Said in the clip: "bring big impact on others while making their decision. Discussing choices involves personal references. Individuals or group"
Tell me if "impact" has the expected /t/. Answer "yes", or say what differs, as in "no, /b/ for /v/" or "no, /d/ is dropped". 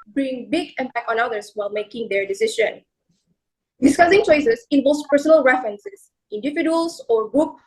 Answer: no, /t/ is dropped